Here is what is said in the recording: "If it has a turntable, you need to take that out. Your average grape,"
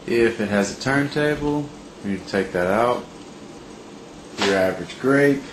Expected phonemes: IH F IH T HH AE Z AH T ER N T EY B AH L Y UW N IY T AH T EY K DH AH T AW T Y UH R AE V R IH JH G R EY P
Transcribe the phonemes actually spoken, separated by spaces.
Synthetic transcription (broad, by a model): IH F IH T HH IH Z AH T ER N T EY B L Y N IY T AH T EY K DH AH T AW T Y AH R AE V R IH JH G R EY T